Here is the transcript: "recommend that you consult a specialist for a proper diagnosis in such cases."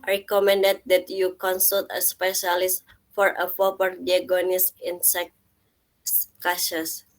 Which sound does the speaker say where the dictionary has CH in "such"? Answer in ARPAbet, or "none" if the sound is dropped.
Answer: S